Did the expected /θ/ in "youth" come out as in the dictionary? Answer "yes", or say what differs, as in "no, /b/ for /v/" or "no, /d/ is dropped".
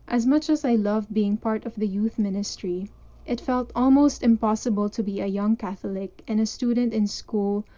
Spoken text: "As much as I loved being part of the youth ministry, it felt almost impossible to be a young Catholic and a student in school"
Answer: yes